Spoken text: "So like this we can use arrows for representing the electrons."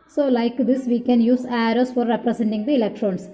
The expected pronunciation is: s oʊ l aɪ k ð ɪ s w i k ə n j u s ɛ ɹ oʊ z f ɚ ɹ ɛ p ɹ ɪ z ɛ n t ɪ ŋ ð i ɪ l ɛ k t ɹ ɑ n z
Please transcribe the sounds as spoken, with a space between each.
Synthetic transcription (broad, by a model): s oʊ l aɪ k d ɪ s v i k ə n j u s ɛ ɹ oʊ s f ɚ ɹ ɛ p ɹ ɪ s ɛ n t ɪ ŋ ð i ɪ l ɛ k t ɹ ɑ n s